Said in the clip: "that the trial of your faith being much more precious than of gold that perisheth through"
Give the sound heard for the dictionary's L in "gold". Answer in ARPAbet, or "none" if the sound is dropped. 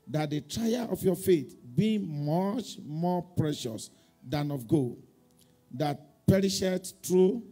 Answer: none